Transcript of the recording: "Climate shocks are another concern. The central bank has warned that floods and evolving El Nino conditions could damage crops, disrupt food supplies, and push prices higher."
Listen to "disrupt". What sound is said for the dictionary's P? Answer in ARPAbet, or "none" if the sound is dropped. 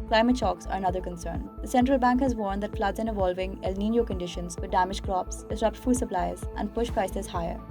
P